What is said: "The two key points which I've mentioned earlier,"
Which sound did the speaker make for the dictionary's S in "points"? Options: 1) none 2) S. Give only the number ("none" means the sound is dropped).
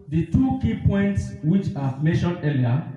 2